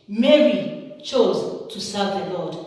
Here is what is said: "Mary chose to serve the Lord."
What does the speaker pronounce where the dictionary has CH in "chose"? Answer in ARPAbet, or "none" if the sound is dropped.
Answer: CH